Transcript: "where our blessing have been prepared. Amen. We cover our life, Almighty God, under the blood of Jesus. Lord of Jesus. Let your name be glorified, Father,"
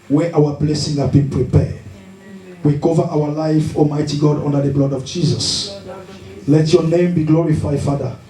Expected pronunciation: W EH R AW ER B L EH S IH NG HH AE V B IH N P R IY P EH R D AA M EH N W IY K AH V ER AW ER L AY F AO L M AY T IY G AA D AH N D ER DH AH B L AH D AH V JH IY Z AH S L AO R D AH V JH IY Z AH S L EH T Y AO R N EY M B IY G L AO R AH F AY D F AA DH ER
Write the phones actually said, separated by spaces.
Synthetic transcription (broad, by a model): W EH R AW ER B L EH S IH NG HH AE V B IH N P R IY P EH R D W IY K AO V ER AW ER L AY F AO M AY T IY G AA D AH N D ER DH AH B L L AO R D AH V JH IY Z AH S L EH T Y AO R N EY M B IY G L AO R AH F AY D F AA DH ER